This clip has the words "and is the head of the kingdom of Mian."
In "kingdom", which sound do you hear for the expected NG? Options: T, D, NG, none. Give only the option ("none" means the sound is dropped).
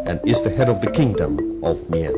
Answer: NG